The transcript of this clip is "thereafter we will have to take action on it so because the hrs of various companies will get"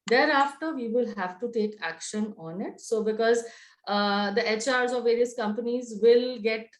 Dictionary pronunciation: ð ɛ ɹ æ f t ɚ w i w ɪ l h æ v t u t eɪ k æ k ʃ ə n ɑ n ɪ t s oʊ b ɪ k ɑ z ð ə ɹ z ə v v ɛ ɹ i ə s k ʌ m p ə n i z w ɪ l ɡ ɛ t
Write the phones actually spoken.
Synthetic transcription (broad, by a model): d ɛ ɹ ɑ f t ɚ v i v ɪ l h æ v t u t eɪ k æ k ʃ ə n ɑ n ɪ t s oʊ b ɪ k ɑ z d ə ɹ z ə v v ɛ ɹ i ə s k ʌ m p ə n i z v ɪ l ɡ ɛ t